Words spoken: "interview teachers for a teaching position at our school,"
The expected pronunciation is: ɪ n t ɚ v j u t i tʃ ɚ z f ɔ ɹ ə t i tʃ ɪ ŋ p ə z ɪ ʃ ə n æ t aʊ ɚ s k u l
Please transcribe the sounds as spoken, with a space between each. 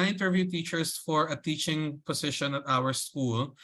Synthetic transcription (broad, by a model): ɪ n t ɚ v j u t i tʃ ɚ s f ɔ ɹ ə t i tʃ ɪ ŋ p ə s ɪ ʃ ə n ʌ t aʊ ɚ s k u l